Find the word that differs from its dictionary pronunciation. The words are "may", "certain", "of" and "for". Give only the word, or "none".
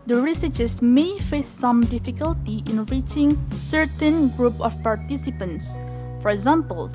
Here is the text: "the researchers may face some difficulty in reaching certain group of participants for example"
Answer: of